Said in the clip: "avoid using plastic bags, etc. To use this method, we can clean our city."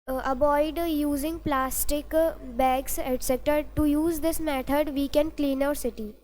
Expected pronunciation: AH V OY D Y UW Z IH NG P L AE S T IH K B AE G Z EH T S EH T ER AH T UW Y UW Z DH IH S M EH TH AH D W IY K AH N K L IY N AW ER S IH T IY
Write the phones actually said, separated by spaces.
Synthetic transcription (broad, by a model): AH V OY D Y UW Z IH NG P L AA S T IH K B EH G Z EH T S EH T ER T UW Y UW Z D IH S M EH T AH D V IY K AH N K L IY N AW ER S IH T IY